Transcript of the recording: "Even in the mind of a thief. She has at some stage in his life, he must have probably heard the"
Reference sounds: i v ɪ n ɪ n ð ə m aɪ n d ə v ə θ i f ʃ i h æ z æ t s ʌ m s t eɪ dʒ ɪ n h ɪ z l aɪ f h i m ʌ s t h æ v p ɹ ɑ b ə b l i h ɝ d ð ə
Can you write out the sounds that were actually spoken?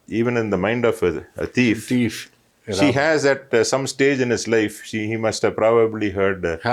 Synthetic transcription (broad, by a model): i v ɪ n ɪ n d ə m aɪ n d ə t ə f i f ʃ i h æ z æ t s ʌ m s t eɪ dʒ ɪ n h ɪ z l aɪ f h i m ʌ s t h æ v p ɹ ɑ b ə b l i h ɝ d